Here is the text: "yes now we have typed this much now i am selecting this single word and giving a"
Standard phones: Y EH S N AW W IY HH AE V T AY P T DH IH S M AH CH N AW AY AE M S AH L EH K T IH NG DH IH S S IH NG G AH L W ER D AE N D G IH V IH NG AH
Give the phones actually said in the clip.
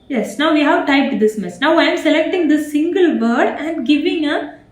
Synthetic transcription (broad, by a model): Y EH S N AW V IY HH AE V T AY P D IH S M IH S N AW AY M S AH L EH K T IH NG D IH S S IH NG G AH L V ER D AE N D G IH V IH NG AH